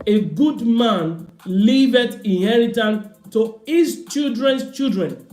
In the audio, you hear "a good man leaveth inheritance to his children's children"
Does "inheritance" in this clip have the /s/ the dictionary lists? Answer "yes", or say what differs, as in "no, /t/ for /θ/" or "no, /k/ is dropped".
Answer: no, /s/ is dropped